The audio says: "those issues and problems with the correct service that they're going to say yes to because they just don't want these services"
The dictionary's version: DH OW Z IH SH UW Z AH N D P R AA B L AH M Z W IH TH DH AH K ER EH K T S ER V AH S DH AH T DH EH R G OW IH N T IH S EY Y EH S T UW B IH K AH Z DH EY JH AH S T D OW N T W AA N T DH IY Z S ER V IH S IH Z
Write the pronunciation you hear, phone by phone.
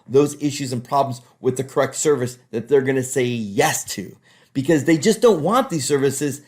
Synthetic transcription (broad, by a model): DH OW Z IH SH UW Z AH N P R AA B L AH M Z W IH DH AH K ER EH K T S ER V AH S DH AH T DH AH R G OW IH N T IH S EY Y EH S T UW B IH K AH Z DH EY JH AH S D OW N T W AA N DH IY Z S ER V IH S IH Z